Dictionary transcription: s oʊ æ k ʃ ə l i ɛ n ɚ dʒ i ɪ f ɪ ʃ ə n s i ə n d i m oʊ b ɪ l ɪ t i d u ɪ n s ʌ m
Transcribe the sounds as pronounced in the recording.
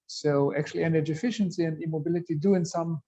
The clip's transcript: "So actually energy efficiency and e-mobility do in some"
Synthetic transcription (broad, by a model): s oʊ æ k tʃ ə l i ɛ n ɚ dʒ i ɪ f ɪ ʃ ə n s i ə n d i m oʊ b ɪ l ɪ t i d u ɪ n s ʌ m